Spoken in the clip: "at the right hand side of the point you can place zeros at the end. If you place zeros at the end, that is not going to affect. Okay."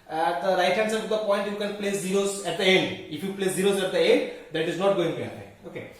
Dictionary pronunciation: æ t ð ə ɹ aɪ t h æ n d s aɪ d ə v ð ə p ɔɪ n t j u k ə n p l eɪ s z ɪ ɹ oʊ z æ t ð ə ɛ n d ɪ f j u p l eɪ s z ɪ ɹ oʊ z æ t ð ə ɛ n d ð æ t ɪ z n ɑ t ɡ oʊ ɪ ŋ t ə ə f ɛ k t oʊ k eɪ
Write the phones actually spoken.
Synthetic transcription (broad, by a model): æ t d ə ɹ aɪ t h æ n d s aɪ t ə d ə p ɔɪ n t j u k ə n p l eɪ s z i ɹ oʊ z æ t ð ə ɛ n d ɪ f j u p l eɪ s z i ɹ oʊ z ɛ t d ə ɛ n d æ t ɪ z n ɑ t ɡ oʊ ɪ ŋ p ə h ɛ t oʊ k eɪ